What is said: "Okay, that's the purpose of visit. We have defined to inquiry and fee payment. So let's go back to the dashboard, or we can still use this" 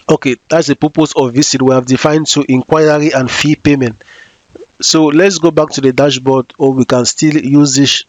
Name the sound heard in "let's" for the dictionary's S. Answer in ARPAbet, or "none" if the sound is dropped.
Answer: S